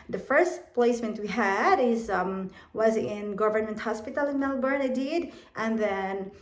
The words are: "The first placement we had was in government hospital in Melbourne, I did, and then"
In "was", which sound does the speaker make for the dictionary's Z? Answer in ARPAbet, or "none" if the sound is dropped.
Z